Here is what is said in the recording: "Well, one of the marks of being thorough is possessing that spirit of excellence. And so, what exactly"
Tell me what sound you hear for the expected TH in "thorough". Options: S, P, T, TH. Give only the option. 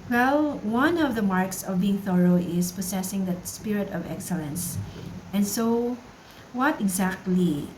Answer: TH